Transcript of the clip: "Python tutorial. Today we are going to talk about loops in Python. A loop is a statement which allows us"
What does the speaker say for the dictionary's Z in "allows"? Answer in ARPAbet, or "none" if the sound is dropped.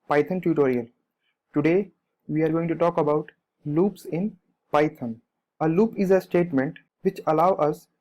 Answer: none